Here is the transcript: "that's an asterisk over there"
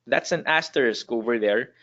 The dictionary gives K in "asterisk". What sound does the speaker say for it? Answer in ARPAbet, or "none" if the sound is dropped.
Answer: K